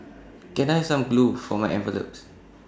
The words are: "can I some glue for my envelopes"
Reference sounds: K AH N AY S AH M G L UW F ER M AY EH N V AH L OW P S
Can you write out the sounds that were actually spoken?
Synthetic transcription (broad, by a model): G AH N AY S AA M G L UW F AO M AY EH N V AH L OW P S